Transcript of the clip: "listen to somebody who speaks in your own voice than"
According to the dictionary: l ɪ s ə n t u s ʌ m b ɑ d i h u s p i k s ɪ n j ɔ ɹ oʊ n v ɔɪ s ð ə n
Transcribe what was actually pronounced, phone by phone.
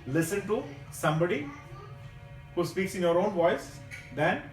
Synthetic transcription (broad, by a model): l ɪ s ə n t u s ʌ m b ɑ d i h u s p i k s ɪ n j ɔ ɹ oʊ n v ɔɪ s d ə n